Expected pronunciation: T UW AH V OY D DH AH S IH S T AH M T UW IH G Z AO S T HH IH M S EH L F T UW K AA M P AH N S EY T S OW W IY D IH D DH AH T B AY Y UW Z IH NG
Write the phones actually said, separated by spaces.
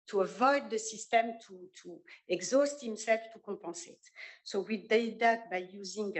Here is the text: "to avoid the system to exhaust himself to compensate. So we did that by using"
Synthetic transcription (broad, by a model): T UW AH V OY D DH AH S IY S T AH M T UW IH G Z AO S T HH IH M S EH L F T UW K AA P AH S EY T S OW W IY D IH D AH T B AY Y UW Z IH NG